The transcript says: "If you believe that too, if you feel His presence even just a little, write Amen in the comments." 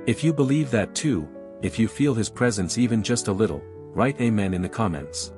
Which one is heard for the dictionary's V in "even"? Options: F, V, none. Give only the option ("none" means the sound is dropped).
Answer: V